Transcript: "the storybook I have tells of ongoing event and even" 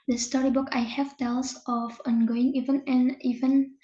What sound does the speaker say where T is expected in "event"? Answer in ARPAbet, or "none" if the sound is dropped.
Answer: none